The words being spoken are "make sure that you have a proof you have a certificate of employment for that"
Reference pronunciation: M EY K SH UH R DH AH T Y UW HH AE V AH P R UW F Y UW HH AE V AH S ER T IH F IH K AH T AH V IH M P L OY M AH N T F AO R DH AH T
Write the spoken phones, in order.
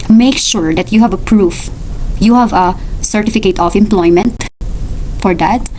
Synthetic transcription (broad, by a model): M EY K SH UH R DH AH T Y UW HH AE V AH P R UW F Y UW HH AE V AH S ER T IH F IH K AH T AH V IH M P L OY M AH N T F AO R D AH T